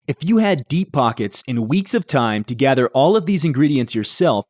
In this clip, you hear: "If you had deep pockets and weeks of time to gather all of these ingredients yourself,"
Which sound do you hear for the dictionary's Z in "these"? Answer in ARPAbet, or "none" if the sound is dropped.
Z